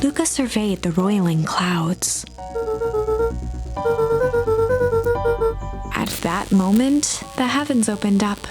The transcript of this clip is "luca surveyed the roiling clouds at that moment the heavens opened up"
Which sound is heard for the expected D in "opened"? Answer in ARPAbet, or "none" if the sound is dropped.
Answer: D